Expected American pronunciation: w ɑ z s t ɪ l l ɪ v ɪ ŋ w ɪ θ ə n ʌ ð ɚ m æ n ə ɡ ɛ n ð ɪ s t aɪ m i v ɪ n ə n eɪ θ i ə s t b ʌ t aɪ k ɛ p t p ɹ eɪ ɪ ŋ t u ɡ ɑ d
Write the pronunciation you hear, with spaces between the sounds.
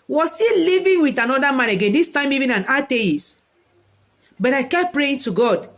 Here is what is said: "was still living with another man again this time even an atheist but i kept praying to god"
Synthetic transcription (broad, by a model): w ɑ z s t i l l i v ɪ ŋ w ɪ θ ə n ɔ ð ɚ m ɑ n ə ɡ ɛ n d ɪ s t aɪ m i v ɪ n ə n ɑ t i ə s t b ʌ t aɪ k ɛ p p ɹ eɪ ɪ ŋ t u ɡ ɑ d